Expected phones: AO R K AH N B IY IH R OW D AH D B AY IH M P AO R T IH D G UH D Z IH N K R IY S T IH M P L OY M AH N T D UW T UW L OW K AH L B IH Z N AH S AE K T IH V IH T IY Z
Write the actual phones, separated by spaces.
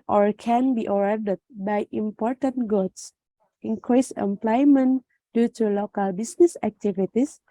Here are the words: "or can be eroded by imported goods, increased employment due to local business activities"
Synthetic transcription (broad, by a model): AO R K AH N B IY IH R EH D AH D B AY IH M P AO R T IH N G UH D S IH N K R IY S IH M P L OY M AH N D UW T UW L OW K AH L B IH S N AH S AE K T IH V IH T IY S